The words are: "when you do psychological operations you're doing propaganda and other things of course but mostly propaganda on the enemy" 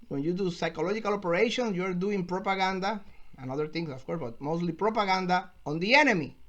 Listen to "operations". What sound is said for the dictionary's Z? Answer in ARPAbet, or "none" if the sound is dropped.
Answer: S